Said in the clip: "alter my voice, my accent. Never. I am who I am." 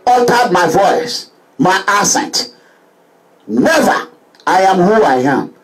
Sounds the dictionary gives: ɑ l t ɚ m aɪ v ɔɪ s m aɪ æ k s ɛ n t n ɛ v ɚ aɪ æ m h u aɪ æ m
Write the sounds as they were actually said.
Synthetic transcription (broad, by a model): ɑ l t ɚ m aɪ v ɔɪ s m aɪ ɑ s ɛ n t n ɛ v ɚ aɪ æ m h u aɪ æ m